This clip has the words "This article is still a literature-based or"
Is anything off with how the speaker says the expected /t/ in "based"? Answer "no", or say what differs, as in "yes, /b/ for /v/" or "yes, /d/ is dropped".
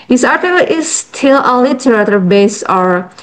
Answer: yes, /t/ is dropped